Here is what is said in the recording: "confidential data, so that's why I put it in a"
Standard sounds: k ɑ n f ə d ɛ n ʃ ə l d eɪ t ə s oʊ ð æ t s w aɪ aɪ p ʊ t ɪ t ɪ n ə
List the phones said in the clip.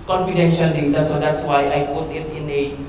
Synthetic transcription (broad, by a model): k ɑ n f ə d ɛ n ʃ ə l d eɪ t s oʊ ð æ t s w aɪ aɪ p ʊ t ɪ t ɪ n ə